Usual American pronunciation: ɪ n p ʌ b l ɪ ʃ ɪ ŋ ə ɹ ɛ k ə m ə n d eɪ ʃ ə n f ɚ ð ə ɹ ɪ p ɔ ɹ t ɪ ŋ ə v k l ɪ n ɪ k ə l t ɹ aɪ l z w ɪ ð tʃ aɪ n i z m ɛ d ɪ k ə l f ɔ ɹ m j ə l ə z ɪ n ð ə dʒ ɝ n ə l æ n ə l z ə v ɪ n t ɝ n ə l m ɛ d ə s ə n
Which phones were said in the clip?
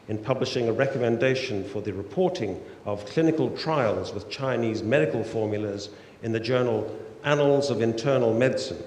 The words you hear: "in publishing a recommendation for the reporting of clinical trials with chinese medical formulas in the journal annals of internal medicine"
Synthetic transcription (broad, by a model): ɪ n p ʌ b l ɪ ʃ ɪ ŋ ə ɹ ɛ k ə m ə n d eɪ ʃ ə n f ɚ ð ə ɹ ɪ p ɔ ɹ t ɪ ŋ ə v k l ɪ n ɪ k ə l t ɹ aɪ l z w ɪ ð tʃ aɪ n i z m ɛ d ɪ k ə l f ɔ ɹ m j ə l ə z ɪ n ð ə dʒ ɝ n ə l æ n ə l z ə v ɪ n t ɝ n ə l m ɛ d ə s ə n